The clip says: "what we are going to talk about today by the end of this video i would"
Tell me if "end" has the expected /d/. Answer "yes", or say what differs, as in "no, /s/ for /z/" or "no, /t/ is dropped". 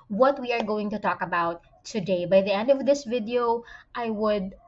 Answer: yes